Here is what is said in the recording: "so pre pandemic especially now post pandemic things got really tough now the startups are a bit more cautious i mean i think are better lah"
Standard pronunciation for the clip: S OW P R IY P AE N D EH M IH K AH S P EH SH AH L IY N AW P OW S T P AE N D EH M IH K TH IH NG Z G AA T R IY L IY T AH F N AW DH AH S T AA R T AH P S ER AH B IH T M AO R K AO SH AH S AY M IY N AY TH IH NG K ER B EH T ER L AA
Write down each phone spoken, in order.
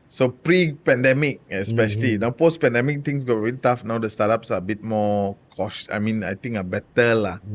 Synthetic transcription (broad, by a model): S OW P R IY P AE N D EH M IH K AH S P EH SH AH L IY N AW P OW S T P AE N D EH M IH K T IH NG S G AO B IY IY T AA F N AW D AH S T AA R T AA P S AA AH B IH T M AO K AO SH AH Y M IY N AY T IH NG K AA B EH T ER L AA